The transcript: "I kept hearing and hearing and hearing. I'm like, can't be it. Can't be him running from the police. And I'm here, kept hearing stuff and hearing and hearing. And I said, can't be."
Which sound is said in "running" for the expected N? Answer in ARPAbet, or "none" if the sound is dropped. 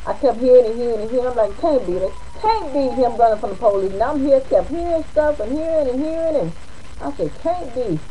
none